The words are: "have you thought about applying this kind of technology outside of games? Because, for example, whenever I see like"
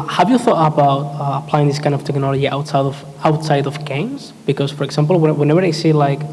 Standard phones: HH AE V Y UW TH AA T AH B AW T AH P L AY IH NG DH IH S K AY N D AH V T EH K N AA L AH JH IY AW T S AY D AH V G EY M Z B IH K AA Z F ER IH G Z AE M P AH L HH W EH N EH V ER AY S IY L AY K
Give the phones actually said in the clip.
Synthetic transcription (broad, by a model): HH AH V Y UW TH AA T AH B AW T AH P L AY IH NG DH IH S K AY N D AH V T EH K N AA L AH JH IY AW T S AY D AH V G EY M Z B IH K AA Z F ER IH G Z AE M P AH L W W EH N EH V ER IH S IY L AY K